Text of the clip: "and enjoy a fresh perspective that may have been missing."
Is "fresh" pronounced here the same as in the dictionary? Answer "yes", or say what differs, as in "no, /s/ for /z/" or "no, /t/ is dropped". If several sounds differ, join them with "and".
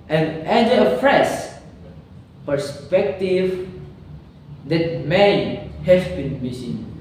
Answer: no, /s/ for /ʃ/